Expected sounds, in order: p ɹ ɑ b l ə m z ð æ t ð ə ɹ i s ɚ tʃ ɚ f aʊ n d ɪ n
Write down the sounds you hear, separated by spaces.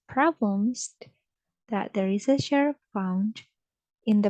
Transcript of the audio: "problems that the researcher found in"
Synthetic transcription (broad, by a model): p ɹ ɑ b l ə m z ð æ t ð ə ɹ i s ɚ ʃ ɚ f aʊ n d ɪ n